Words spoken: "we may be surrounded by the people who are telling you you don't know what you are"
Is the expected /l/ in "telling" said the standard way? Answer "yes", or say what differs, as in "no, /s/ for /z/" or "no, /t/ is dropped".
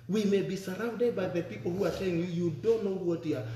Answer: no, /l/ is dropped